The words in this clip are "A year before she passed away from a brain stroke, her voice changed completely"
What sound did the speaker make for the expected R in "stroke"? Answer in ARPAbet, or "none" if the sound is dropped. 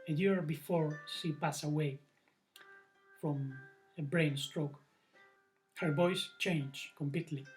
R